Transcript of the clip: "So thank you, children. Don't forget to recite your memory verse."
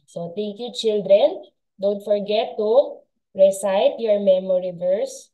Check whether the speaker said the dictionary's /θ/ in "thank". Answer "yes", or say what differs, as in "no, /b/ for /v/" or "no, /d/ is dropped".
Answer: no, /t/ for /θ/